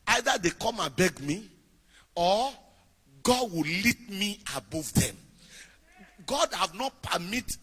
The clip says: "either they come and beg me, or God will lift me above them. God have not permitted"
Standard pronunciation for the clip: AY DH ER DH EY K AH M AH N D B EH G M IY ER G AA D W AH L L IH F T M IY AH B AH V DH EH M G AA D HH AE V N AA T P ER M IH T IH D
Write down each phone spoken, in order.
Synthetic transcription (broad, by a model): AY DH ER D EY K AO M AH N B EH G M IY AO G AA D W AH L L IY T M IY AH B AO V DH EH M G AA D HH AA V N AA T P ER M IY T